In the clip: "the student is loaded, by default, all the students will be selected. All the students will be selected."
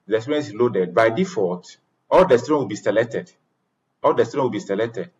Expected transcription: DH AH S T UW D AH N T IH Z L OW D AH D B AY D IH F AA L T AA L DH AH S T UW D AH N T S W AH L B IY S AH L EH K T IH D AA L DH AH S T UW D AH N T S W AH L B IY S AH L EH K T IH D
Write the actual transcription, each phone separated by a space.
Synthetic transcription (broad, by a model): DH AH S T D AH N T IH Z L OW D AH D B AY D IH F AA T AA L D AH S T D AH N W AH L B IY S AH L EH K T IH D AA L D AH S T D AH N W AH L B IY S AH L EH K T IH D